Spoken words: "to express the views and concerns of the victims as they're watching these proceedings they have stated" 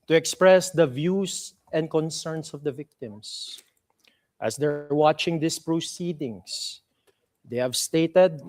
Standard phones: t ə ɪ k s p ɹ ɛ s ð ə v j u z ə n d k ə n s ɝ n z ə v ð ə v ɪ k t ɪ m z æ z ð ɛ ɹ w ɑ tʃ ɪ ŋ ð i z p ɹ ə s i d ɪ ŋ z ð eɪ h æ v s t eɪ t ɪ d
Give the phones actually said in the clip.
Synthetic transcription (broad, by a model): t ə ɪ k s p ɹ ɛ s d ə v j u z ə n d k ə n s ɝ n s ə v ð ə v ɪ k t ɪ m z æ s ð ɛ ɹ w ɑ tʃ ɪ ŋ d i s p ɹ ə s i d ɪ ŋ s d eɪ h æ v s t eɪ t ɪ d